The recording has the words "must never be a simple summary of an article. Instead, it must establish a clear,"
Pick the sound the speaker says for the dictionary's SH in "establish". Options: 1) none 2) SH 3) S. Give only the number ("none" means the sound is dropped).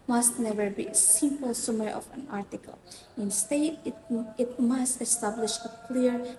2